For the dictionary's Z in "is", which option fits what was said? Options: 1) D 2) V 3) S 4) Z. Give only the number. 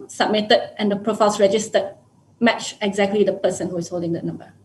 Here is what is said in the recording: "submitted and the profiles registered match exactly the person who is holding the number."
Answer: 3